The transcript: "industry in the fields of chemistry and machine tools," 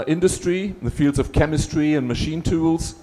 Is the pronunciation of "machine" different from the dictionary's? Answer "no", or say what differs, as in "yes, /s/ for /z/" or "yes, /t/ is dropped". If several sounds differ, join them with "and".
no